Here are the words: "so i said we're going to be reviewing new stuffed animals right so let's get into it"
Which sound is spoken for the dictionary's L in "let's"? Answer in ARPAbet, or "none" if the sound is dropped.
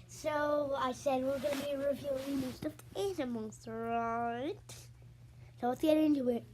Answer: W